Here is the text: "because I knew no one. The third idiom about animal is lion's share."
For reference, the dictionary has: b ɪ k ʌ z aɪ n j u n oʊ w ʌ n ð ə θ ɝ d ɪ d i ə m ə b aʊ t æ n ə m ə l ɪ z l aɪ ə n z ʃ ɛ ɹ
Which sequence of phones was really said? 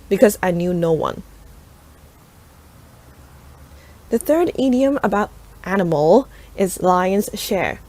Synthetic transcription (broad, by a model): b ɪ k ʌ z aɪ n j u n oʊ w ʌ n ð ə θ ɝ d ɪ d i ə m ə b aʊ t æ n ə m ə l ɪ z l aɪ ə n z ʃ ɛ ɹ